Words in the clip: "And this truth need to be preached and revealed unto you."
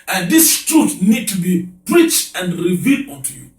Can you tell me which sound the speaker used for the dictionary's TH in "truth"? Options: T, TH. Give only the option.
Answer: T